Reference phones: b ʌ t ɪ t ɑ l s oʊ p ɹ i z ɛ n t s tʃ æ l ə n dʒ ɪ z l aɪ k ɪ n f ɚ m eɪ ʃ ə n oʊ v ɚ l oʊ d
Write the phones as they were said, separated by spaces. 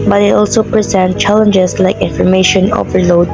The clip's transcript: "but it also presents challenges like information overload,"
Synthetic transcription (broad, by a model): b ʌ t ɪ t ɑ l s oʊ p ɹ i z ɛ n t tʃ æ l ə n dʒ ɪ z l aɪ k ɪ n f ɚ m eɪ ʃ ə n oʊ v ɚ l oʊ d